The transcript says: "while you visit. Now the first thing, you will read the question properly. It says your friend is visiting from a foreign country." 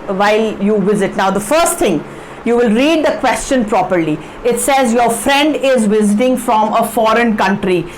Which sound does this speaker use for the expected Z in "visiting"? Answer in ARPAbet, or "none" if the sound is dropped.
Z